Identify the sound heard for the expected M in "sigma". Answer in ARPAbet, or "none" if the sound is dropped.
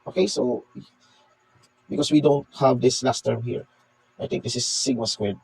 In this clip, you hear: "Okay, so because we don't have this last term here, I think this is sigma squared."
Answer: none